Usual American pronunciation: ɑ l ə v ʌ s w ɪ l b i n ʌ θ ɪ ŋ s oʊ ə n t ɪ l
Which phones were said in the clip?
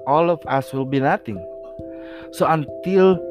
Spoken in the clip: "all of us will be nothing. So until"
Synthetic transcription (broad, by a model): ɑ l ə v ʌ s w ɪ l b i n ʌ t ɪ ŋ s oʊ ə n t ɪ l